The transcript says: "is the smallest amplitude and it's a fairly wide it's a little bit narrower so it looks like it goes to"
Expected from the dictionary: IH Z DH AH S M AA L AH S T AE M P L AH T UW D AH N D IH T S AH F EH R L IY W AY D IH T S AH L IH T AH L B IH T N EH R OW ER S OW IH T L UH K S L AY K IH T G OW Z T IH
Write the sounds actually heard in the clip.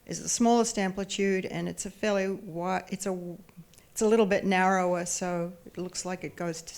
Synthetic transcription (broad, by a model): IH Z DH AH S M AA L AH S T AE M P L AH T UW D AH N IH T S AH F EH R L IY W AY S IH T S AH L IH T L B IH T N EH R OW ER S OW IH T L UH K S L AY K IH T G OW Z T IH